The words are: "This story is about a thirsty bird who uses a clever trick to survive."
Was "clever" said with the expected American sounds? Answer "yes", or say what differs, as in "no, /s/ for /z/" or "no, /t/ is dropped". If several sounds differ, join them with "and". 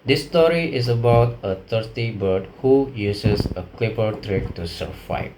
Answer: no, /p/ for /v/